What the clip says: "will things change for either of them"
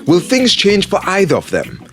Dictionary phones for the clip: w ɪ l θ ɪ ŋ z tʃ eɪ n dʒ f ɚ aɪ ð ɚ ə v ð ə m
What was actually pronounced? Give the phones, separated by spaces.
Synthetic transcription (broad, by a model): w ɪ l θ ɪ ŋ z tʃ eɪ n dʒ f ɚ aɪ ð ɚ ə v ð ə m